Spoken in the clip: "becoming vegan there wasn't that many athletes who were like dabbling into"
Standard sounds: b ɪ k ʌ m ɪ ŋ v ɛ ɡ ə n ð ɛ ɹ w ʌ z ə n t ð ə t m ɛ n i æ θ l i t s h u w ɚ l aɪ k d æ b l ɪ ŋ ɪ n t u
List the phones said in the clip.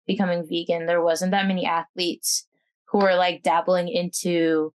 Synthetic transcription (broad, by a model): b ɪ k ʌ m ɪ ŋ v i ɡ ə n ð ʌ ɹ w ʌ z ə n ð ə t m ɛ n i æ θ l i t s h u w ɚ l aɪ k d æ b l ɪ ŋ ɪ n t u